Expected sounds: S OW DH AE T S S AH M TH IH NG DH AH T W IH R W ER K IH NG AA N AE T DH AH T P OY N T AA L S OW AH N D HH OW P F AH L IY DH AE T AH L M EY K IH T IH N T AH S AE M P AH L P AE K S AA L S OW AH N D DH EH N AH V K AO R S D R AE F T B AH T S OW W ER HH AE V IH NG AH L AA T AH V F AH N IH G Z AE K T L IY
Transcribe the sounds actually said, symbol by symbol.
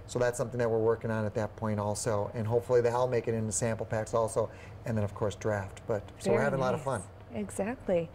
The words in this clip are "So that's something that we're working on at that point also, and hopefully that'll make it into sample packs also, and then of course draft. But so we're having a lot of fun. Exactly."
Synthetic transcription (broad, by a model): S OW DH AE T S S AH M TH IH NG DH AH T W IH R W ER K IH NG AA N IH T DH AH T P OY N T AA L S OW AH N HH OW P F L IY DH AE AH L M EY K IH T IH N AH S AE M P L P AE K S AA L S OW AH N DH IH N AH V K AO R S D R AE F T B AH T S OW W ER HH AE V IH NG AH L AA T AH V F AH N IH G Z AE K T L IY